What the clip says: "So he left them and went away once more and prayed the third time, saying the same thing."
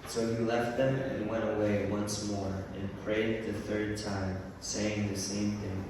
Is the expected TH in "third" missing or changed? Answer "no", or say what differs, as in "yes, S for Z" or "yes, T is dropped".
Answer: no